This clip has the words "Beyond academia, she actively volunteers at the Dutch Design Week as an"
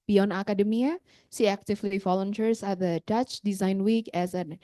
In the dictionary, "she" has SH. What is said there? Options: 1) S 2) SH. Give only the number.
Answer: 1